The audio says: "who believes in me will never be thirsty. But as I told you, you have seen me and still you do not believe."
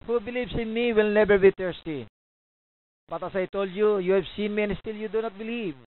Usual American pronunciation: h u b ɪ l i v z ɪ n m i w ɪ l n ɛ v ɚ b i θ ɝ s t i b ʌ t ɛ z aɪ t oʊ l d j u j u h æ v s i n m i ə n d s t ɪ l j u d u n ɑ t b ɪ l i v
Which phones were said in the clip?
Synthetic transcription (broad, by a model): h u b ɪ l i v s ɪ n m i w ɪ l n ɛ b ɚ b i t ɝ s t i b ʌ t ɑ s aɪ t oʊ l d j u j u h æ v s i n m i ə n s t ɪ l j u d u n ɑ t b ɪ l i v